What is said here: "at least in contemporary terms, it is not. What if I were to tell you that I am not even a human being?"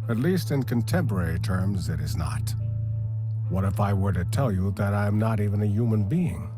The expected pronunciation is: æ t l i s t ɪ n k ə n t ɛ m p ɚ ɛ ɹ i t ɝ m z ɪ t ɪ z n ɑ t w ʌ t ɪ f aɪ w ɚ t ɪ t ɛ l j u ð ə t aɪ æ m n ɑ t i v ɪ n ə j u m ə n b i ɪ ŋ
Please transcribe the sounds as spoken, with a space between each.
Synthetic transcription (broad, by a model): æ t l i s t ɪ n k ə n t ɛ m p ɚ ɛ ɹ i t ɝ m z ɪ t ɪ z n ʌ t w ʌ t ɪ f aɪ w ɚ t ɪ t ɛ l j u ð ə t aɪ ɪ m n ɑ t i v ɪ n ə j u m ə n b i ɪ ŋ